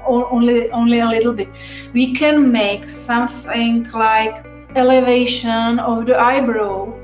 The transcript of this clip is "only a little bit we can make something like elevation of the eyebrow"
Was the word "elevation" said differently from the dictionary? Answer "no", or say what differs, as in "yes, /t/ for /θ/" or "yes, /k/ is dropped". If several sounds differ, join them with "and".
no